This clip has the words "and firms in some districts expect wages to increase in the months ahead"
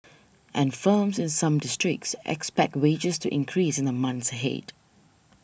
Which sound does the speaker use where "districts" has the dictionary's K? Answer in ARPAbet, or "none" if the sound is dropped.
K